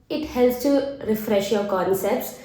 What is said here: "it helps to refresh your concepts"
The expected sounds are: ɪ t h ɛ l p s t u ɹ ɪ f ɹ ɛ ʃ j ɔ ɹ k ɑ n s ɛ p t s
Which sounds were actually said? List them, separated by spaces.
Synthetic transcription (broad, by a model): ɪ t h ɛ l s t u ɹ ɪ f ɹ ɛ ʃ j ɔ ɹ k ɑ n s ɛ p t s